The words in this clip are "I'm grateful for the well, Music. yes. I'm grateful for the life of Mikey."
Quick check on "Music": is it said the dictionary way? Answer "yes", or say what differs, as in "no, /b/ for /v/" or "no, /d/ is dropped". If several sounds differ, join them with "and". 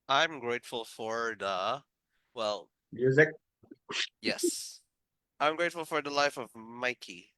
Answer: yes